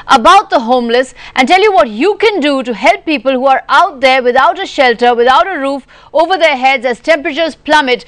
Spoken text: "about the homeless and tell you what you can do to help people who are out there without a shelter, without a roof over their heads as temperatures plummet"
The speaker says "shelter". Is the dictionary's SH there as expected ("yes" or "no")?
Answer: yes